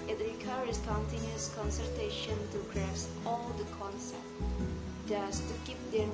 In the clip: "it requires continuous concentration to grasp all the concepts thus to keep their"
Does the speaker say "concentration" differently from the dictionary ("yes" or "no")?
yes